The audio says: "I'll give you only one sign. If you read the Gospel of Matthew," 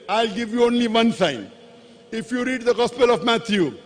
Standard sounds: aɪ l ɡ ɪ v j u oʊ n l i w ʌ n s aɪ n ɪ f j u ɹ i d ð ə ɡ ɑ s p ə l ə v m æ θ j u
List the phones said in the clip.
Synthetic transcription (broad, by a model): aɪ l ɡ ɪ v j u oʊ n l i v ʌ n s aɪ n ɪ f j u ɹ i d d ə ɡ ɑ s p ə l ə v m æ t j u